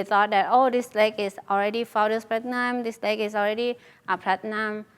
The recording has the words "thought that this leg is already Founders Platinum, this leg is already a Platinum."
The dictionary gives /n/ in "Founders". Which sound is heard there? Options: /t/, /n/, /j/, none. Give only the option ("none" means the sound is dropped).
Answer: none